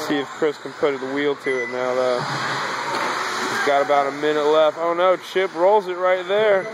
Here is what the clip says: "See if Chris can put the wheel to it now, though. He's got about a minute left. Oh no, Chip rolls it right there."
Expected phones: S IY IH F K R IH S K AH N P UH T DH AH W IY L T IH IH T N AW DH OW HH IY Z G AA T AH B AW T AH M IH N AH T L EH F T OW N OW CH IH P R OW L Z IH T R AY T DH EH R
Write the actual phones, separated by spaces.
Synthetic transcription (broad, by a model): S IY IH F K R IH S K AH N P UH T DH AH W IY L T IH IH T N AW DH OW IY G AA T AH B AW T AH M IH N AH T L EH F T OW N OW CH IH P R OW L Z IH T R AY T DH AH R